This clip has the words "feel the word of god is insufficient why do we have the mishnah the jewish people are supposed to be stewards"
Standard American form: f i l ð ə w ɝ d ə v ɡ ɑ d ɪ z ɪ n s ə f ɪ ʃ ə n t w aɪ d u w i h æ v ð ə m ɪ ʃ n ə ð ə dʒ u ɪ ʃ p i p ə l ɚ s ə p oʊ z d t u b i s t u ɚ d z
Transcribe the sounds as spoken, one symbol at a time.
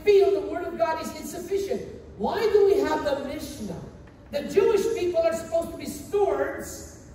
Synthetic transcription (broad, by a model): f i l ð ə w ɝ d ə v ɡ ɑ d ɪ z ɪ n s ə f ɪ ʃ ə n t w aɪ d u w i h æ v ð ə m ɪ ʃ n ə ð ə dʒ u ɪ ʃ p i p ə l ɚ s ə p oʊ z t u b i s t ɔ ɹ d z